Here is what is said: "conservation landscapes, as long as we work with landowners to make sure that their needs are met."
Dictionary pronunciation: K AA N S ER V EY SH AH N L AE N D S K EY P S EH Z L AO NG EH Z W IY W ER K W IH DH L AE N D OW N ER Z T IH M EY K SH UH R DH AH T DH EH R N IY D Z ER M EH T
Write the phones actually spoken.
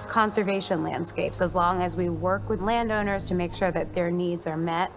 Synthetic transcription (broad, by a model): K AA N S ER V EY SH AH N L AE N D S K EY P S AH Z L AO NG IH Z W IY W ER K W IH DH L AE N D OW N ER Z T IH M EY K SH UH R DH AH T DH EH R N IY D Z ER M EH T